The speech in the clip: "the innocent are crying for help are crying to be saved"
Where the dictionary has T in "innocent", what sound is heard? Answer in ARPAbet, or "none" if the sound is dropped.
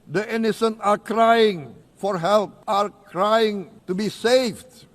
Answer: none